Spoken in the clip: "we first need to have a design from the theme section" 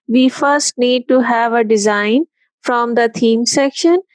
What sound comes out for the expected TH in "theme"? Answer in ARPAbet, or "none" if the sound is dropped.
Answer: T